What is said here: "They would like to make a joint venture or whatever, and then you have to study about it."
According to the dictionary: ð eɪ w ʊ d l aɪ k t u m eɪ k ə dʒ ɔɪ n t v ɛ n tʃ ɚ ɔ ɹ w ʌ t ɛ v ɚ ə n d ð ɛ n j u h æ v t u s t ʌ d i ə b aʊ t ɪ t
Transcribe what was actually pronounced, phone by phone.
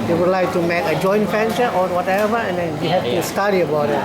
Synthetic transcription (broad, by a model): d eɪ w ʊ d l aɪ k t u m eɪ k ə dʒ ɔɪ n t f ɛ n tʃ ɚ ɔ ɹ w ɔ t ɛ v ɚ ə n d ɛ n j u h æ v t u s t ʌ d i ə b aʊ t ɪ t